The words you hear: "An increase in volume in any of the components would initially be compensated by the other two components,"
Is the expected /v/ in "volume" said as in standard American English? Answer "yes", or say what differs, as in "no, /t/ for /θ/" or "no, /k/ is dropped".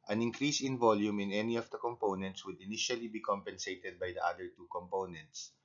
yes